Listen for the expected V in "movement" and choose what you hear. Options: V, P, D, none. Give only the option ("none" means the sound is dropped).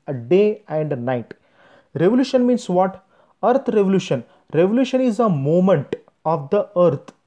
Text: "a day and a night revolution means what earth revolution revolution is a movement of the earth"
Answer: none